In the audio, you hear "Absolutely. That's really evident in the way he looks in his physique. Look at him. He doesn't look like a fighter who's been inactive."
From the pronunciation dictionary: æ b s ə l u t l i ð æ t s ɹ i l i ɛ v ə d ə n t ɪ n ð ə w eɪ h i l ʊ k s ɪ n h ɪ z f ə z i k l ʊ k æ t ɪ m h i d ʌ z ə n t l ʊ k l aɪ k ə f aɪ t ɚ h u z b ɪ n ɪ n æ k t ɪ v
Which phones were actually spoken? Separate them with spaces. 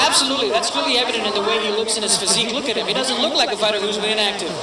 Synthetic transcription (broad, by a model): æ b s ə l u t l i ð æ t s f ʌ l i ɛ v ə d ə n t ɪ n ð ə w eɪ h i l ʊ k s ɪ n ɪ s f ə z i k l ʊ k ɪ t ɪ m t d ʌ z ə n t l ʊ k l aɪ k ə f aɪ t ɚ h u z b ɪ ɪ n æ k t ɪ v